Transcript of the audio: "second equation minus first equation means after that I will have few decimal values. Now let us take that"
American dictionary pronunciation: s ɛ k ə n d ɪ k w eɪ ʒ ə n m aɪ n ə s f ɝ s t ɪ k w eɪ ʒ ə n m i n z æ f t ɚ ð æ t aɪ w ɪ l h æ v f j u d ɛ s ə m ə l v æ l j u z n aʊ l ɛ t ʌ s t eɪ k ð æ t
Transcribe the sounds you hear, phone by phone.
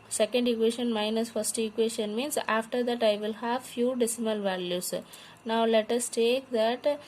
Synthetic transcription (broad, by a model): s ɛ k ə n d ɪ k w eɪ ʃ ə n m aɪ n ə s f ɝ s t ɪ k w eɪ ʃ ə n m i n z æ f t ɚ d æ t aɪ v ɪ l h æ v f j u d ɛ s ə m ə l v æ l j u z n aʊ l ɛ t ʌ s t eɪ k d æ t